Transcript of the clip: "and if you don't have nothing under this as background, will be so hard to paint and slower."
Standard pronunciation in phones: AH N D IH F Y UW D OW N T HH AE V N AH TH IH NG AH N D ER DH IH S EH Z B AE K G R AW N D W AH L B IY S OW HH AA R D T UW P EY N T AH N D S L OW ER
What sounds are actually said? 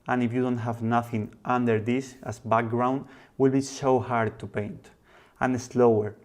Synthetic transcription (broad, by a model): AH N IH F Y UW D OW N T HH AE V N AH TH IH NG AH N D ER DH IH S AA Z B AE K G R AW N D W AH L B IY S OW HH AA R D T UW P EY N T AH N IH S L OW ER